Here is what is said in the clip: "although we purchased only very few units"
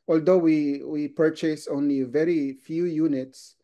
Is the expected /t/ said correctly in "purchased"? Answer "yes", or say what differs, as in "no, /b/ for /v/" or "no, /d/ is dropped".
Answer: no, /t/ is dropped